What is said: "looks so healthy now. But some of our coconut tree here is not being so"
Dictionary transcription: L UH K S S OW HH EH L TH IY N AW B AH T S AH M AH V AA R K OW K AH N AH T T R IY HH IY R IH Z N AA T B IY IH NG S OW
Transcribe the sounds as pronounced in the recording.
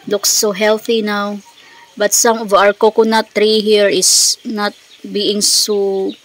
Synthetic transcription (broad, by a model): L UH K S S OW HH EH L TH IY N AW B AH T S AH M AH V AA R K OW K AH N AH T T R IY HH IY R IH S N AA T B IY IH NG S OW